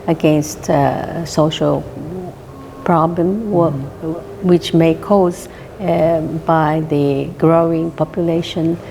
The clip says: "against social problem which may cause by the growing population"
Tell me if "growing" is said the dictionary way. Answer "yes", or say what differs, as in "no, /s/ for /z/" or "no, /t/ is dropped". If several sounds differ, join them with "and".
yes